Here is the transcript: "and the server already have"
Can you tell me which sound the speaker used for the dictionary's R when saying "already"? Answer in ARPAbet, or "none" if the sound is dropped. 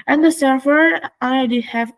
L